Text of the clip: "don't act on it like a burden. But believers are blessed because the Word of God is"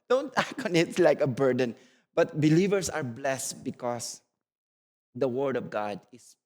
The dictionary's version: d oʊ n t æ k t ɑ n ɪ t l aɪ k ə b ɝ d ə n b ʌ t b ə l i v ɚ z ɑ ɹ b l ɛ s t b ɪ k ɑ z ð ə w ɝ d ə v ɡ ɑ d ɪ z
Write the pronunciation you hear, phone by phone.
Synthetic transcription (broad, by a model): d oʊ n t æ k ɑ n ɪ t l aɪ k ə b ɝ d ə n b ʌ t b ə l i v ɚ s ɑ ɹ b l ɛ s t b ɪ k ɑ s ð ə w ɝ d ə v ɡ ɑ d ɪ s